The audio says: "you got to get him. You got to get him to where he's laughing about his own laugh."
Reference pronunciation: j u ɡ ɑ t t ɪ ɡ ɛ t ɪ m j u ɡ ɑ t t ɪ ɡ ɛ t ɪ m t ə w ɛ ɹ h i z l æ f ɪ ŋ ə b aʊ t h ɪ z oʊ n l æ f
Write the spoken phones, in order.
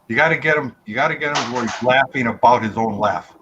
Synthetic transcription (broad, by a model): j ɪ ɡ ɑ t t ɪ ɡ ɛ t ɪ m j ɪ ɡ ɑ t t ɪ ɡ ɛ t ɪ m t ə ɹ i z l æ f ɪ ŋ ə b aʊ t h ɪ z oʊ n l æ f